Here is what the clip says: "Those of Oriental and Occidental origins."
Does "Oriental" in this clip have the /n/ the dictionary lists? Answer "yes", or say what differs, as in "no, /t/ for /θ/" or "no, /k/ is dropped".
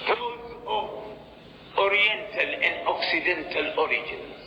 yes